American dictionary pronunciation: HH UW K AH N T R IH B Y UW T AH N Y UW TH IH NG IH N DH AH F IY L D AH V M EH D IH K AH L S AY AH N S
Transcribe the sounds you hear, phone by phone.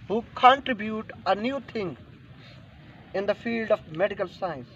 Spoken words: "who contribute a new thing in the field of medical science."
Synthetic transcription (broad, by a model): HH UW K AH N T R IH B Y UW T AH N Y UW T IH NG IH N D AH F IY L D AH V M EH D IH K AH L S AY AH N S